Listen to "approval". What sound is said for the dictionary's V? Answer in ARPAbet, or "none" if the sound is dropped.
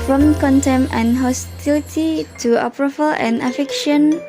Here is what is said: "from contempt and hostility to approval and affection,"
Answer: F